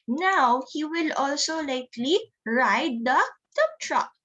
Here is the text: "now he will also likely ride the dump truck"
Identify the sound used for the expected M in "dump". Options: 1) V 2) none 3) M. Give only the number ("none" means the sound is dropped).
2